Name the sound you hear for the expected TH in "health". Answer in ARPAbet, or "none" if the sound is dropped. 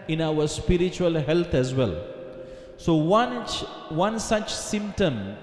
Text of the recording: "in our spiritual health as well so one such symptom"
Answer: T